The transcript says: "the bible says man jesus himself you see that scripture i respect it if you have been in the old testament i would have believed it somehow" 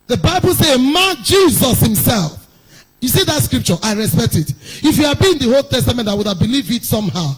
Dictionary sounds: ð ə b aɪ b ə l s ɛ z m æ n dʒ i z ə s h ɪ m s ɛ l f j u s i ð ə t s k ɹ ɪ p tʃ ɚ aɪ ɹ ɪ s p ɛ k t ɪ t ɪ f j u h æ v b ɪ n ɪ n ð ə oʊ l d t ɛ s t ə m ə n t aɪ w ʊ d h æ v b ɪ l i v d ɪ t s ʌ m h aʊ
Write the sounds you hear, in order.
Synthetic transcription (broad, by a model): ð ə b aɪ b ə l s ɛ m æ n dʒ i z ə s h ɪ m s ɛ l f j u s i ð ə t s k ɹ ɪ p tʃ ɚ aɪ ɹ ɪ s p ɛ k t ɪ t ɪ f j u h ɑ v b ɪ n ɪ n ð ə oʊ l t ɛ s t ə m ə n t aɪ w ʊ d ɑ v b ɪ l i v ɪ t s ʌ m h aʊ